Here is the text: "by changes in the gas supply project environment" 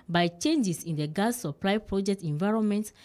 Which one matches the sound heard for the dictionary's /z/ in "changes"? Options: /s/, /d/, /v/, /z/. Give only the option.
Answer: /s/